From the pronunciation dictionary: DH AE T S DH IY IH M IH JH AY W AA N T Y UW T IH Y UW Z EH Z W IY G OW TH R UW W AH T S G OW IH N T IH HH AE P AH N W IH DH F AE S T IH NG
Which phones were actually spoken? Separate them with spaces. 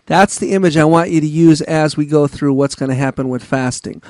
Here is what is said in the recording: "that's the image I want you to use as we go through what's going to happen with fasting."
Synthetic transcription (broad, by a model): DH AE T S DH IY IH M IH JH AY W AA N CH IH T IH Y UW Z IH Z W IY G OW TH R UW W AH T S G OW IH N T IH HH AE P AH N W IH DH F AE S T IH NG